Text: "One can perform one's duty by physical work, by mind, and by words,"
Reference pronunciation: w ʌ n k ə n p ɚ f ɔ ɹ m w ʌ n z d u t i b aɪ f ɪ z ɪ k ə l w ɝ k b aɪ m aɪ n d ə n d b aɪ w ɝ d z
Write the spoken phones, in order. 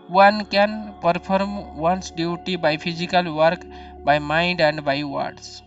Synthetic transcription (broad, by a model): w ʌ n k ə n p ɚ p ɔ ɹ m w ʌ n s d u t i b aɪ p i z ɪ k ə l w ɝ k b aɪ m aɪ n d ə n d b aɪ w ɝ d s